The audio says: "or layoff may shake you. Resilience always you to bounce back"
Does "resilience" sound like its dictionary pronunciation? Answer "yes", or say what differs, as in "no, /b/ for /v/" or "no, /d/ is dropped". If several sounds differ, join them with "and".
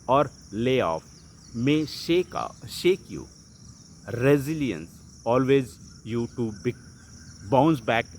yes